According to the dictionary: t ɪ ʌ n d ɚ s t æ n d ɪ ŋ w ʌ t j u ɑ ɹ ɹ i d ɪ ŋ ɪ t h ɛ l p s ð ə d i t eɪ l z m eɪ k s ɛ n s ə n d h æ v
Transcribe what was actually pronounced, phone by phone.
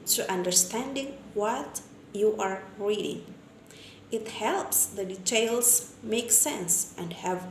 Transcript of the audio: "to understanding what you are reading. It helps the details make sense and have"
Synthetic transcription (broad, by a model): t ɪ ʌ n d ɚ s t æ n d ɪ ŋ w ʌ t j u ɑ ɹ ɹ i d ɪ ŋ ɪ t h ɛ l p s ð ə d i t eɪ l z m eɪ k s ɛ n s ə n d h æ v